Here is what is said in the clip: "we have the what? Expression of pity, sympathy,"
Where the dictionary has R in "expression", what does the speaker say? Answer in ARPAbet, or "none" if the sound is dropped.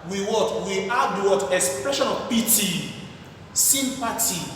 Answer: R